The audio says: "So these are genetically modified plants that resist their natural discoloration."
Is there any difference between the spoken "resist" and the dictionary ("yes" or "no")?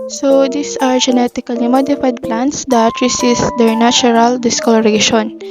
yes